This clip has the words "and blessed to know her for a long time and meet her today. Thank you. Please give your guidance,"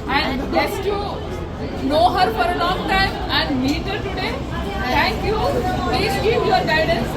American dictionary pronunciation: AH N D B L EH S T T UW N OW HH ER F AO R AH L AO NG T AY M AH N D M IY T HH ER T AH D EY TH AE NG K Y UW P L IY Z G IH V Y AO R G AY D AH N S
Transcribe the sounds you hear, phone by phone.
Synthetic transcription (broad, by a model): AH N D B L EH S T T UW N OW HH ER F AO R AH L AO NG T AY M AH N D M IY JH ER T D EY T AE NG K Y UW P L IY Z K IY P Y AO R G AY D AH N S